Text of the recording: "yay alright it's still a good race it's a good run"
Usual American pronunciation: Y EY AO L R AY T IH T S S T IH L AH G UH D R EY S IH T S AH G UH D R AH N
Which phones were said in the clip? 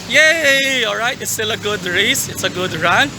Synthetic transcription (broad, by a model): Y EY AO L R AY T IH T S S T IH L AH G UH D R EY S IH T S AH G UH D R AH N